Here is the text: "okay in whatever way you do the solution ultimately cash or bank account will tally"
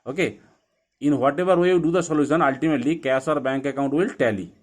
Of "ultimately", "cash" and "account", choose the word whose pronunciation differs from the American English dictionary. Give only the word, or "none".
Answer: cash